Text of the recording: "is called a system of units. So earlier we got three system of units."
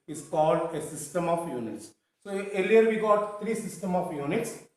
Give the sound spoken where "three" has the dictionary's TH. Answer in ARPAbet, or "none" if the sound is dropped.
T